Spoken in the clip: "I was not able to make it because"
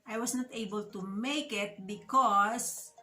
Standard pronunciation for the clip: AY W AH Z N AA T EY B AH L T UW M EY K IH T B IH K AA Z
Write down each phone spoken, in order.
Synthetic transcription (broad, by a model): AY W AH S N AA T EY B AH L T UW M EY K IH T B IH K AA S